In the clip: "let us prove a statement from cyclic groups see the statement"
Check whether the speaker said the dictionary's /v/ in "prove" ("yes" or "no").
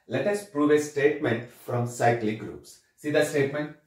yes